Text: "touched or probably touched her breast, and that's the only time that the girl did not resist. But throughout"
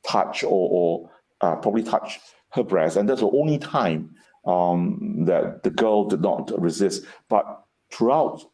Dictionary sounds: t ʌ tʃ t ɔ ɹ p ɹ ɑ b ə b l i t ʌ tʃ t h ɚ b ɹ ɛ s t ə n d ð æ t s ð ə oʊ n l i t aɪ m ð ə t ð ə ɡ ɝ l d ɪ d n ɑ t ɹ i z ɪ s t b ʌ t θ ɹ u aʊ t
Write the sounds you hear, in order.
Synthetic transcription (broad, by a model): t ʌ tʃ t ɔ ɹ p ɹ ɑ b ə b l i t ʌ tʃ h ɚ b ɹ ɛ s t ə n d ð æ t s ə oʊ n l i t aɪ m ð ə t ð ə ɡ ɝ l d ɪ d n ɑ t ɹ i z ɪ s t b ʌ t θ ɹ u aʊ t